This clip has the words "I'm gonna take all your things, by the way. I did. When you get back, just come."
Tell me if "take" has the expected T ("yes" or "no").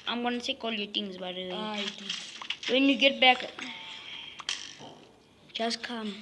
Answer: no